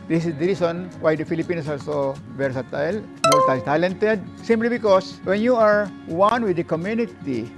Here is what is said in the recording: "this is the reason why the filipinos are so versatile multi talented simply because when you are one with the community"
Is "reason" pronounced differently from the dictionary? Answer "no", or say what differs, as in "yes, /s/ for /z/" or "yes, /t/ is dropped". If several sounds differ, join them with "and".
yes, /s/ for /z/